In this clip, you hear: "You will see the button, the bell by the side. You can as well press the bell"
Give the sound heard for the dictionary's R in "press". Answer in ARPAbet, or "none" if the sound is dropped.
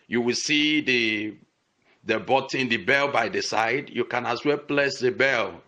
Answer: L